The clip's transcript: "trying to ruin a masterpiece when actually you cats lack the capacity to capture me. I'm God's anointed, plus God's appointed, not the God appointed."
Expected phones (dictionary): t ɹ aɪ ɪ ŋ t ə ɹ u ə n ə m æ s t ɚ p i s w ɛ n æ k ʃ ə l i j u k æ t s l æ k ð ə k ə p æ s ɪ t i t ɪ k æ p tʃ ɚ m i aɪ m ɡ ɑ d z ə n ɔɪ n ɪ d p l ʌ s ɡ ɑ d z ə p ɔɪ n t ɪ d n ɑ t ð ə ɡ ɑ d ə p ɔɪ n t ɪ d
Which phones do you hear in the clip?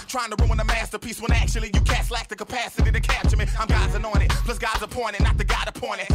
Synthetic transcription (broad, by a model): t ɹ aɪ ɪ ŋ t ə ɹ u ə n ə m æ s t ɚ p i s w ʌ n æ k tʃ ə l i j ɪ k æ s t l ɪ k ð ə k ə p æ s ɪ t i t ɪ k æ tʃ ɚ m i aɪ m ɡ ɑ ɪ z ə n ɔɪ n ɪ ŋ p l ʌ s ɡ ɑ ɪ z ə p ɔɪ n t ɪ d n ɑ t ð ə ɡ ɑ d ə p ɔɪ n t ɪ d